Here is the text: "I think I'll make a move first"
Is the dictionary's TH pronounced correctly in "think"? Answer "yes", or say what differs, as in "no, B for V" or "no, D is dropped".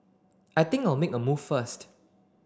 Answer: no, T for TH